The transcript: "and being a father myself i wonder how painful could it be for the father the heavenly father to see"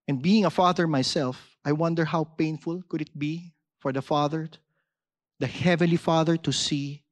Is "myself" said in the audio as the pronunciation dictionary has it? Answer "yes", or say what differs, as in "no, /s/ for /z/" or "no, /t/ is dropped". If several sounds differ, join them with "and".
yes